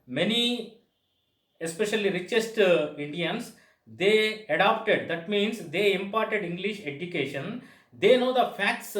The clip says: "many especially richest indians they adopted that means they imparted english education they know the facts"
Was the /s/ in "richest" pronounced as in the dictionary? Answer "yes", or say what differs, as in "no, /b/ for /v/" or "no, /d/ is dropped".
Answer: yes